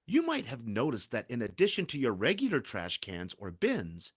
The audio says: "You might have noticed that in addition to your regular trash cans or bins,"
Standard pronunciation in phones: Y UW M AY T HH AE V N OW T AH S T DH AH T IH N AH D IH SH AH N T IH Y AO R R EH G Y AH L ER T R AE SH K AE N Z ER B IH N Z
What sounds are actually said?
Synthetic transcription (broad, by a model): Y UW M AY T HH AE V N OW T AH S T DH AH T IH N AH D IH SH AH N T IH Y AO R R EH G Y L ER T R AE SH K AE N Z ER B IH N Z